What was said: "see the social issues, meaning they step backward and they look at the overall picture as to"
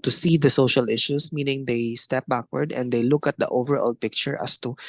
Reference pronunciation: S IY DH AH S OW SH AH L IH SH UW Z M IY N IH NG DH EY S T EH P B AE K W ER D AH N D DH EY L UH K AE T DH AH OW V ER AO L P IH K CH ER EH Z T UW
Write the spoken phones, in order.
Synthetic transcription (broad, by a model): S IY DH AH S OW SH AH L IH SH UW S M IY N IH NG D EY S T EH P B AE K W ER D AH N D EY L UH K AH T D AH OW V ER AO L P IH K CH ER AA S T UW